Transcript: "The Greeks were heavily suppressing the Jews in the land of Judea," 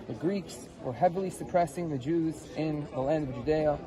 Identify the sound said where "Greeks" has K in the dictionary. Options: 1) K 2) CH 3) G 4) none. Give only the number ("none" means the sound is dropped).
1